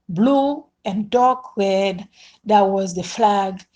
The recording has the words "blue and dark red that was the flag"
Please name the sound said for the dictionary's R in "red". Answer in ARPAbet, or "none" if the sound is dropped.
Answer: R